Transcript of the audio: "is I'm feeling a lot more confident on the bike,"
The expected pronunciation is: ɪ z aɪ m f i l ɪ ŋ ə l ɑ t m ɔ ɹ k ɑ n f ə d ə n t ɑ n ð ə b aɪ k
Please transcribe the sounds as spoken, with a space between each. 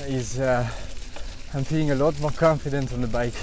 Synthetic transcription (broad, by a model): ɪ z aɪ m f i ɪ ŋ ə l ɑ t m ɔ ɹ k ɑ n f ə d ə n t n ð ə b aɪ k